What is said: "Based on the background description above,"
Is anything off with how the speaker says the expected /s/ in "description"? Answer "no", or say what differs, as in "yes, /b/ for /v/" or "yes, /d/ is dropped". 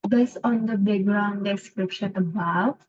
no